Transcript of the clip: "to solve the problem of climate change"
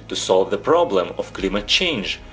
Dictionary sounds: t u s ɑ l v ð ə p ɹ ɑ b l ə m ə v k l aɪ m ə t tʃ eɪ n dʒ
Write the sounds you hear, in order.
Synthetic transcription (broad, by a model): t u s ɑ l v ð ə p ɹ ɑ b l ə m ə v k l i m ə t tʃ eɪ n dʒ